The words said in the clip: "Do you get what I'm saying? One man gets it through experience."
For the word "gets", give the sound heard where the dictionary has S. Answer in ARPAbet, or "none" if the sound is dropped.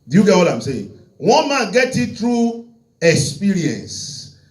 none